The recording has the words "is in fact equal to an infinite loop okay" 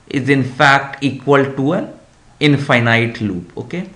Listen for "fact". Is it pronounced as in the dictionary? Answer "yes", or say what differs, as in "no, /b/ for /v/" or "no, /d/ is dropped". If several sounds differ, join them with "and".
yes